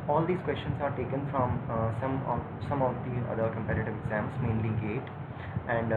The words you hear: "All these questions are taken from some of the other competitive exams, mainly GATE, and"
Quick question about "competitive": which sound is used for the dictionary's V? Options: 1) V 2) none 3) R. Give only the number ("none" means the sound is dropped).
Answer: 1